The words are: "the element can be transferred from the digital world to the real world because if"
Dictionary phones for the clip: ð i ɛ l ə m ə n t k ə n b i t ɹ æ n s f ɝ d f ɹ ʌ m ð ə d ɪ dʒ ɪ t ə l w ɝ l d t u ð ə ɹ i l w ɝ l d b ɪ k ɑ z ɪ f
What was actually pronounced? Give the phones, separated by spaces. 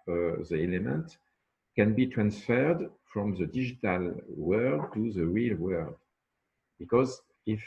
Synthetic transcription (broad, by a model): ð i ɛ l ə m ə n t k ə n b i t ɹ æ n s f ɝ d f ɹ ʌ m ð ə d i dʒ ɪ t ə l w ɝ d t u ð ə ɹ i l w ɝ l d b ɪ k ɑ z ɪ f